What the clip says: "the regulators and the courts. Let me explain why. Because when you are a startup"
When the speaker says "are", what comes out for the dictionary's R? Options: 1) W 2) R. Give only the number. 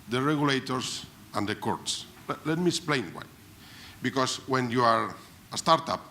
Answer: 2